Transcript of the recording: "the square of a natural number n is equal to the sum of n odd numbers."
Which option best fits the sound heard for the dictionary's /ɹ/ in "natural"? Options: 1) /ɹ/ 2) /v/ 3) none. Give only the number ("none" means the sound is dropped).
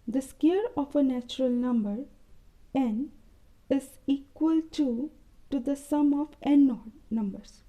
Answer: 1